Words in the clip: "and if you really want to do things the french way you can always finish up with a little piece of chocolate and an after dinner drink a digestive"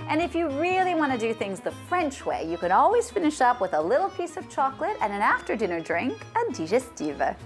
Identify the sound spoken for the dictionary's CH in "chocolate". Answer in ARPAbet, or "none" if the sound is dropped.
CH